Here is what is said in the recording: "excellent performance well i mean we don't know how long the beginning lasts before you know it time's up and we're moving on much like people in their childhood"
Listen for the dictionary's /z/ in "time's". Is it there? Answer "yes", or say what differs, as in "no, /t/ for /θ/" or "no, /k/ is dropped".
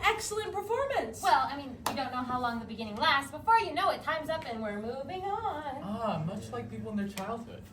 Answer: yes